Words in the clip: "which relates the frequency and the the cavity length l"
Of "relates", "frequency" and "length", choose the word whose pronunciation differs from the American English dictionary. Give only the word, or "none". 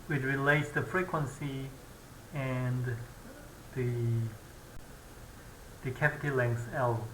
length